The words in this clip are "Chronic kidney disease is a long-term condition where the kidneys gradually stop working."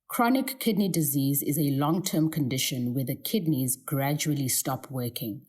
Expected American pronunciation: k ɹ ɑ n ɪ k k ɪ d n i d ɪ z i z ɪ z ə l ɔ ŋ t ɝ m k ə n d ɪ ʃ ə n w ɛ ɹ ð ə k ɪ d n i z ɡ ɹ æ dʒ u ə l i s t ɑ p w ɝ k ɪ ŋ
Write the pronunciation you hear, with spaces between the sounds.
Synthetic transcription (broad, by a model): k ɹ ɑ n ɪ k k ɪ d n i d ɪ z i z ɪ z ə l ɔ ŋ t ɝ m k ə n d ɪ ʃ ə n w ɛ ð ə k ɪ d n i z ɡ ɹ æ dʒ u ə l i s t ɑ p w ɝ k ɪ ŋ